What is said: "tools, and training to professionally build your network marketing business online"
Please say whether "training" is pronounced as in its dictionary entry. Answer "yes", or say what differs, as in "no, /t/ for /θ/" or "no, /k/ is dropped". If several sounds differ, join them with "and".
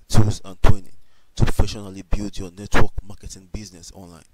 no, /w/ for /ɹ/